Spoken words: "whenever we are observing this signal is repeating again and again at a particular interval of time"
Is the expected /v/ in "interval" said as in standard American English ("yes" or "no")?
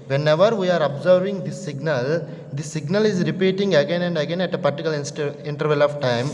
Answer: yes